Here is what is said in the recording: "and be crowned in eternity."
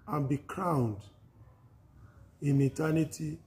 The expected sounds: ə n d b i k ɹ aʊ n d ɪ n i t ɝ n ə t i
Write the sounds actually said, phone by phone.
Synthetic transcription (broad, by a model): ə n b i k ɹ aʊ n d ɪ n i t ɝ n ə t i